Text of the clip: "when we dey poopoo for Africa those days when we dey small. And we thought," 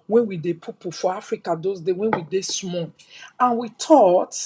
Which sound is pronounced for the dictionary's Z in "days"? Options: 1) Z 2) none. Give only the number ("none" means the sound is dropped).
2